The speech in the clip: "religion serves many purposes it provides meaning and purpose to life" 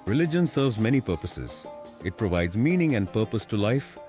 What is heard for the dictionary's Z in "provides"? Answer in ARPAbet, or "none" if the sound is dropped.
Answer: Z